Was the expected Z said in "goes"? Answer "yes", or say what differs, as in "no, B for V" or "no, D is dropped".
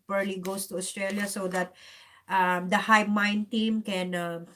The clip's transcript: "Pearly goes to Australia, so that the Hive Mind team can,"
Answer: no, S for Z